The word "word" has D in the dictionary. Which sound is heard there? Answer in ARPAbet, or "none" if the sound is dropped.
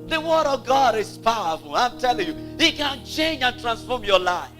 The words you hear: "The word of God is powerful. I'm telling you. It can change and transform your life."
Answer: D